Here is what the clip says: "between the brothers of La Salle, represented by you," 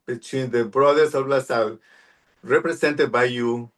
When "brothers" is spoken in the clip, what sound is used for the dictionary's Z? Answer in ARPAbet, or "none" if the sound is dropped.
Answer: S